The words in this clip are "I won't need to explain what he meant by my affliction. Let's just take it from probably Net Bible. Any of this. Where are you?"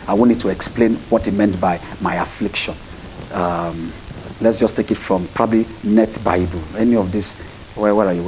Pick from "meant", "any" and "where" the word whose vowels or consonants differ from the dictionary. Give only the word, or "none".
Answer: where